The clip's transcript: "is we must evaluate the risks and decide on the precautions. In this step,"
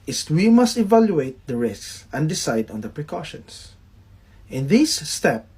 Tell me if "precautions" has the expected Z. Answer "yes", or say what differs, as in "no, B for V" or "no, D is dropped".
no, S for Z